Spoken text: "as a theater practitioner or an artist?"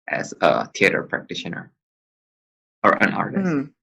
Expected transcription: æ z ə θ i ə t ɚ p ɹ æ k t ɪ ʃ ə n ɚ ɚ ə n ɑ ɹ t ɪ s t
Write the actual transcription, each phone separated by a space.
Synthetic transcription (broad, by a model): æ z ə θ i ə t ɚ p ɹ æ k t ɪ ʃ ə n ɚ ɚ ə n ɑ ɹ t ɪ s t